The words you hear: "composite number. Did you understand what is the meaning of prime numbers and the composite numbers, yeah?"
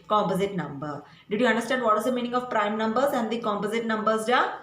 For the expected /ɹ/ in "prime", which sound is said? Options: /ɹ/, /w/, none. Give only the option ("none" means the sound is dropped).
/ɹ/